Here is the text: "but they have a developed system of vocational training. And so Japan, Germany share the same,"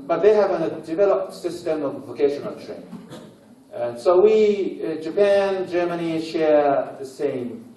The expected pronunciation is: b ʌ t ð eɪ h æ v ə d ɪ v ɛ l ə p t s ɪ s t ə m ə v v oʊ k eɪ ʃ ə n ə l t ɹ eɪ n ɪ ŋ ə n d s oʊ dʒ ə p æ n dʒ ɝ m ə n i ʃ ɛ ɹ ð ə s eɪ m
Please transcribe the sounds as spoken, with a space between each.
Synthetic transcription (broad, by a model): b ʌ t ð eɪ h æ v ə d ɪ v ɛ l ə p t s ɪ s t ə m ə v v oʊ k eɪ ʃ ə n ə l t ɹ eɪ ɪ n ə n s oʊ dʒ ə p æ n dʒ ɝ m ə n i ʃ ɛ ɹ ð ə s eɪ m